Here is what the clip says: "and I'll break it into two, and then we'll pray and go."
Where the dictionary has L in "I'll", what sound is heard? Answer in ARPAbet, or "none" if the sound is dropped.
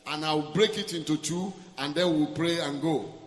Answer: W